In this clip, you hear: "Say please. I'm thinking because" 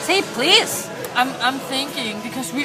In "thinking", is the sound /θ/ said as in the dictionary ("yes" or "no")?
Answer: yes